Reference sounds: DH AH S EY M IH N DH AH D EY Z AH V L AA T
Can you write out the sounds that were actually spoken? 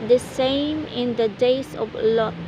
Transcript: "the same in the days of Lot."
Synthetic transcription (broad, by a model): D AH S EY M IH N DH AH D EY S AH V L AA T